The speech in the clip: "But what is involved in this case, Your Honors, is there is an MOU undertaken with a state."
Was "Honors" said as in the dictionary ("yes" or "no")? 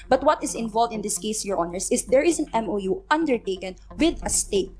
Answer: no